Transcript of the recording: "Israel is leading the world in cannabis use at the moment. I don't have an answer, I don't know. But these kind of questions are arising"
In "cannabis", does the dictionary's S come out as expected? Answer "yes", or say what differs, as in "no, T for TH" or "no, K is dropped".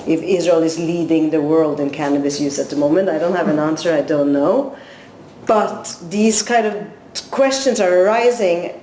yes